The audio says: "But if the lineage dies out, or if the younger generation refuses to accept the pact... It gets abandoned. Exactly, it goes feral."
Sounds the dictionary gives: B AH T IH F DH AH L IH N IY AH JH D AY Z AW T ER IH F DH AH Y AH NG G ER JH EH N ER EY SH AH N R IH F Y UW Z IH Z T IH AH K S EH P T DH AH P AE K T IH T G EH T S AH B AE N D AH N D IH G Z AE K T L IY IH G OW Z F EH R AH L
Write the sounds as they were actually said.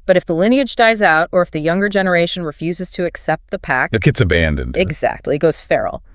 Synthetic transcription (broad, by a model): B AH T IH F DH AH L IH N IY AH JH D AY Z AW T ER IH F DH AH Y AH NG G ER JH EH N ER EY SH N R IH F Y UW Z IH Z T IH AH K S EH P T DH AH P AE K IH T G EH T S AH B AE N D AH N D IH G Z AE K T L IY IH G OW Z F EH R L